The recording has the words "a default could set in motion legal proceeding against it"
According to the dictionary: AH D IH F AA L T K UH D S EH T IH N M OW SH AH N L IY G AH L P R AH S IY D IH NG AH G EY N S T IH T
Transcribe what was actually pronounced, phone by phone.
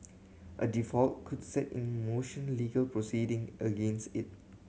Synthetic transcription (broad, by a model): AH D IH F AA L T K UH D S EH T IH N M OW SH AH N L IY G AH L P R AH S IY D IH NG AH G EY N S T IH T